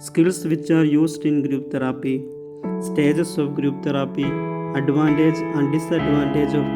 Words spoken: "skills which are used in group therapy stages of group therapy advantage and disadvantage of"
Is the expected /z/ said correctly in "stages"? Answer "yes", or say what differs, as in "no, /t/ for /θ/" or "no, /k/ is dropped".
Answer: no, /s/ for /z/